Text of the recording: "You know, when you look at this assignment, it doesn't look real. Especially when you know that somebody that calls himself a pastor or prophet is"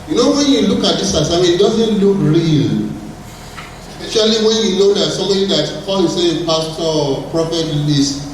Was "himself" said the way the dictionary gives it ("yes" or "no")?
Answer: no